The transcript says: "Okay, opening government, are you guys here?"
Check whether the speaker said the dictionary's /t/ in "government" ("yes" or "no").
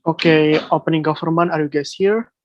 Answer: no